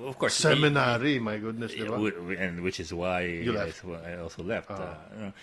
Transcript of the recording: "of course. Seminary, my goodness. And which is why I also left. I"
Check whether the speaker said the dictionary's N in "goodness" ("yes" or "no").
yes